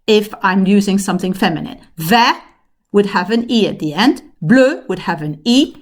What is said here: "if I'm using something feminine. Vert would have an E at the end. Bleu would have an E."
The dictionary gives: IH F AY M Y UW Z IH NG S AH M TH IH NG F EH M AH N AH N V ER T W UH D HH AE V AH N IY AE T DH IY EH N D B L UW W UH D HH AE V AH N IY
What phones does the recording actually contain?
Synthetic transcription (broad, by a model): IH F AY M Y UW Z IH NG S AH M TH IH NG F EH M AH N AH N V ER W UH D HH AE V AH N IY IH T DH IY EH N D B L UW W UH D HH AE V AH N IY